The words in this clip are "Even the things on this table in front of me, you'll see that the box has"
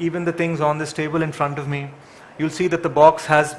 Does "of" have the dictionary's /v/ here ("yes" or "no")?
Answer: yes